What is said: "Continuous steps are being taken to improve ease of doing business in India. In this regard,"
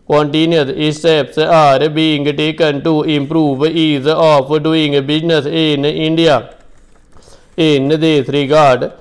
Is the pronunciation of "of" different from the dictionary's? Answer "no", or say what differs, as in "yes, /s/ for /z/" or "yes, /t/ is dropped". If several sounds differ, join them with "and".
yes, /p/ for /v/